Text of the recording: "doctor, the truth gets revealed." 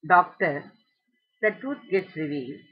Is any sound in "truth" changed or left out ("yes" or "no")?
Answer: yes